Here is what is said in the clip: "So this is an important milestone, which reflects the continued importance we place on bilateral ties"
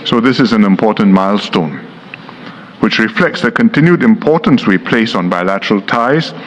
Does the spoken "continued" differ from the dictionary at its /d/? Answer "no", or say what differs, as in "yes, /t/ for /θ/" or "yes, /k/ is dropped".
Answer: no